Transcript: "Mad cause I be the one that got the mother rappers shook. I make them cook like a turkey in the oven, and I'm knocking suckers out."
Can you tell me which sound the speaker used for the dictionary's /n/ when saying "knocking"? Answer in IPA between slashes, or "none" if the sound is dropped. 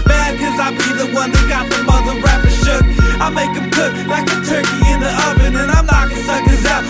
/l/